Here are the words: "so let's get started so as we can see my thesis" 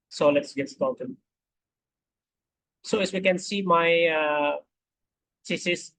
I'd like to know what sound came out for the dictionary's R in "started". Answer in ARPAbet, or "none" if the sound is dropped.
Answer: L